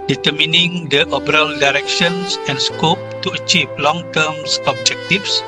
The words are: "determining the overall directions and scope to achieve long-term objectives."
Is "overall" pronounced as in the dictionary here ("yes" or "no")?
no